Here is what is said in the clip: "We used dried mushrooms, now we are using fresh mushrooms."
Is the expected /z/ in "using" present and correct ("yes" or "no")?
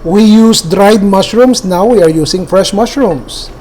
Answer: no